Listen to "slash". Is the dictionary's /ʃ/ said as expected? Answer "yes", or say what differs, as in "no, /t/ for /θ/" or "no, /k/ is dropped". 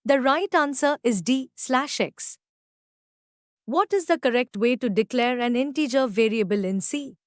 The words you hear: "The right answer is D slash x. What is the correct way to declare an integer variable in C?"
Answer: yes